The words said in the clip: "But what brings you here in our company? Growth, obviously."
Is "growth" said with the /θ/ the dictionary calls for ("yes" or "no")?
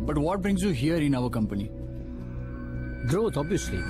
no